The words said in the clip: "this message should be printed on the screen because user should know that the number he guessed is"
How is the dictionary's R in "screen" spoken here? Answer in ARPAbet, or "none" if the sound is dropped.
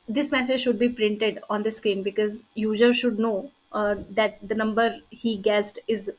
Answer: none